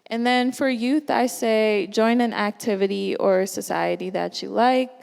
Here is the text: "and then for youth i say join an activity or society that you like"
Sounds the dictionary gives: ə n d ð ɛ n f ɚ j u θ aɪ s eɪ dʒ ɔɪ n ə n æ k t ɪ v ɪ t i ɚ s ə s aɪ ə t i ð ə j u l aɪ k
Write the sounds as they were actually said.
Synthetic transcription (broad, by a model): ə n ð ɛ n f ɚ j u θ aɪ s eɪ dʒ ɔɪ n ə n æ k t ɪ v ɪ t i ɚ s ə s aɪ ə t i ð ə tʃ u l aɪ k